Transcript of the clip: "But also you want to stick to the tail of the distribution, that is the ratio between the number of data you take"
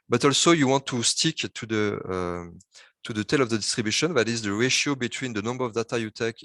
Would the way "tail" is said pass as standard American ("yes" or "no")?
yes